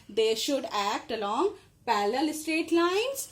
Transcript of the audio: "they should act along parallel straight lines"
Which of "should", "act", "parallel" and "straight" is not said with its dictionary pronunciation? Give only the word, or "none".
parallel